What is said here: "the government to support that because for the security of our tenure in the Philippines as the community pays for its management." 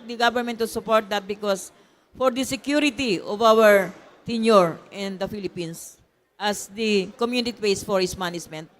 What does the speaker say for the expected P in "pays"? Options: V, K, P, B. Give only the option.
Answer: B